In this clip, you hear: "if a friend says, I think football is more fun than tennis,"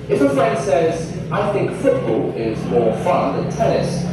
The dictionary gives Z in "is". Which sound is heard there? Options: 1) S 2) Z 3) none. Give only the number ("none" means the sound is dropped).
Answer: 2